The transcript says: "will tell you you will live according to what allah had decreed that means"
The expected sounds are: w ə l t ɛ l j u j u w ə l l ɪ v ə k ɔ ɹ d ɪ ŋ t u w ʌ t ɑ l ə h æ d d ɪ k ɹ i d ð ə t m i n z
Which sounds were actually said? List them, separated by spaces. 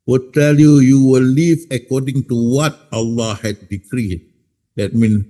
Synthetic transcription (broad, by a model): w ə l t ɛ l j u j u w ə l l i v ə k ɔ d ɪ ŋ t u w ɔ t ɑ l ə h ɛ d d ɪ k ɹ i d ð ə t m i n